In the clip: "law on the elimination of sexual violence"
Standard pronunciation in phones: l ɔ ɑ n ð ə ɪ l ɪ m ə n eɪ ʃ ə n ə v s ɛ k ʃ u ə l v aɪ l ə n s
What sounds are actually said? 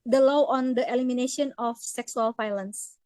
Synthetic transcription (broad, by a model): l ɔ ɑ n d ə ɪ l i m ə n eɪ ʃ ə n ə f s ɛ k s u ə l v aɪ l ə n s